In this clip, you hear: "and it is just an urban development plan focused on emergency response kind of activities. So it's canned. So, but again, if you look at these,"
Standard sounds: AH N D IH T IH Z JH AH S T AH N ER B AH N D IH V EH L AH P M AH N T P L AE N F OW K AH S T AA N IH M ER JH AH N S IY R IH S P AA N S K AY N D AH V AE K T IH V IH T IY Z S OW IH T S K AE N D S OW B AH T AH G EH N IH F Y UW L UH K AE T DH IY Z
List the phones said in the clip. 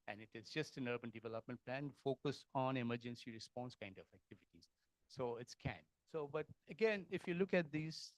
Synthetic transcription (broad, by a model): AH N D IH T IH Z JH AH S T AH N ER B AH N D IH V EH L AH P M AH N T P L AE N F OW K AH S AA N IH M ER JH AH N S IY R IH S P AA N S K AY N D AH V AE K T IH V IH T IY Z S OW IH T S K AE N S OW B AH T AH G EH N IH F Y UW L UH K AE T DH IY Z